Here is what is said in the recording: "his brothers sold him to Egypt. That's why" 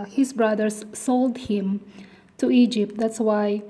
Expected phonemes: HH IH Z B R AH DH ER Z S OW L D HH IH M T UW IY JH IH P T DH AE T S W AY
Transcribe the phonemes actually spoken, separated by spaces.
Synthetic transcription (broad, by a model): HH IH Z B R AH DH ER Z S OW L D HH IH M T UW IY JH IH P T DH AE T S W AY